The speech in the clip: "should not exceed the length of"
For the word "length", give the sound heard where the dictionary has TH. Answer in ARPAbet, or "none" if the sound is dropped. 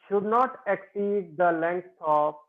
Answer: S